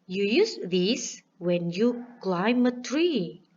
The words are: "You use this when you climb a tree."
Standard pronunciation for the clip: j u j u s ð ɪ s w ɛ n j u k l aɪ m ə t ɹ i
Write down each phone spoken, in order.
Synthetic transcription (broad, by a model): j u j u s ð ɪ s w ɛ n j u k l aɪ m ə t ɹ i